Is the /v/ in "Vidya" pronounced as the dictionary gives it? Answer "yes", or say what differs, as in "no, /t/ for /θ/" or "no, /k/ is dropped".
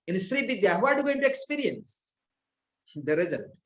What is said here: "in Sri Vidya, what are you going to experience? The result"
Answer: no, /b/ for /v/